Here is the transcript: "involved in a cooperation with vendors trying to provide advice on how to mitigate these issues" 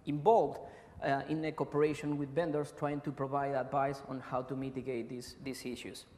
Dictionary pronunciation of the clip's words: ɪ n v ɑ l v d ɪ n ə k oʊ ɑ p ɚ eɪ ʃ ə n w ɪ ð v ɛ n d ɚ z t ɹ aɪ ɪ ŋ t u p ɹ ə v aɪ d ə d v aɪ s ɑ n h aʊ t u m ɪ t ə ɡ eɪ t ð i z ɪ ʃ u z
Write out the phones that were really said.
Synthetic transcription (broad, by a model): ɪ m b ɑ l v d ɪ n ə k oʊ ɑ p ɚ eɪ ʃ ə n w ɪ ð b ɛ n d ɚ s t ɹ aɪ ɪ ŋ t u p ɹ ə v aɪ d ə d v aɪ s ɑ n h aʊ t u m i t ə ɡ eɪ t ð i s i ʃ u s